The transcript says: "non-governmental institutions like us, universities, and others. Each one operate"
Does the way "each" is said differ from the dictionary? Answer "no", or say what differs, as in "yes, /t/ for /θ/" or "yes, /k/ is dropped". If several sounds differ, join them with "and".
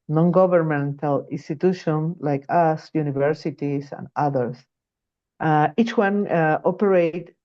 no